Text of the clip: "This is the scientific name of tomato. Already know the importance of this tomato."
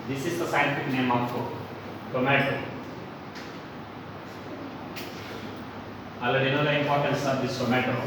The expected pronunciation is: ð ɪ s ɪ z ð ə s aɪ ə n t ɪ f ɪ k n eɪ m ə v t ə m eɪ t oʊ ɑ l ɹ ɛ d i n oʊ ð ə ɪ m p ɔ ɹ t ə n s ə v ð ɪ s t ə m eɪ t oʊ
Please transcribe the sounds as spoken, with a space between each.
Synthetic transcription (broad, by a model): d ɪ s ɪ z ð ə s aɪ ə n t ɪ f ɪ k n eɪ m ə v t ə m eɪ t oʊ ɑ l ʌ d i n oʊ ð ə ɪ m p ɔ ɹ t ə n s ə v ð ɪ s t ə m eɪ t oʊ